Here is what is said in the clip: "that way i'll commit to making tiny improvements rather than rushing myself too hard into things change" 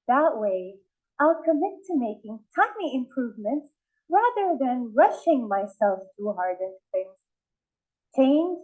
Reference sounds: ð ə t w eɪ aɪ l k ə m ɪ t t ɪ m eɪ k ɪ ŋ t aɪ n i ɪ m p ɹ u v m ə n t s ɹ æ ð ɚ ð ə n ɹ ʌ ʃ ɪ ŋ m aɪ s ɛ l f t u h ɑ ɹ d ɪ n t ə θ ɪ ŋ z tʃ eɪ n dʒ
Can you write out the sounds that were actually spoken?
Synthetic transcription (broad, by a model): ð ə t w eɪ aɪ l k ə m ɪ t t ɪ m eɪ k ɪ ŋ t aɪ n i ɪ m p ɹ u v m ə n t s ɹ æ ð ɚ ð ə n ɹ ʌ ʃ ɪ ŋ m aɪ s ɛ l f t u h ɑ ɹ d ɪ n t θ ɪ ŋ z tʃ eɪ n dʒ